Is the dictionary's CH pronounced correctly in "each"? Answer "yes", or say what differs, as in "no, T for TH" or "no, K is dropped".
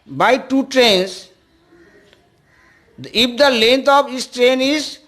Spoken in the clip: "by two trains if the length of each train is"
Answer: no, S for CH